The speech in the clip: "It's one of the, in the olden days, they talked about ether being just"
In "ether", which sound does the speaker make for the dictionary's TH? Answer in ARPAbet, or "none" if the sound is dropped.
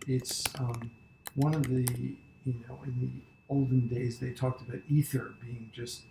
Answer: TH